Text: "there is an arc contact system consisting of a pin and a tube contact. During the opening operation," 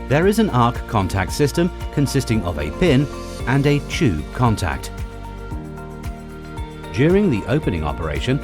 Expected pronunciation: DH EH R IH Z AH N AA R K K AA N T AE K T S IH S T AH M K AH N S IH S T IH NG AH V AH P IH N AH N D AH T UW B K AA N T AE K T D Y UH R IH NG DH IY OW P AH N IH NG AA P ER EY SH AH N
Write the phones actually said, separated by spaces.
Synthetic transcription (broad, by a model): DH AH R IH Z AH N AA R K K AA N T AE K T S IH S T AH M K AH N S IH S T IH NG AH V AH P IH N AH N AH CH UW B K AA N T AE K T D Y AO R IH NG DH IY OW P AH N IH NG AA P ER EY SH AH N